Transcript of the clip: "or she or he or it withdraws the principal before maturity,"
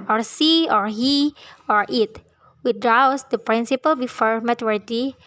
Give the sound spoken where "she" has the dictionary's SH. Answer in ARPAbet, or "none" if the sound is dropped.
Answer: S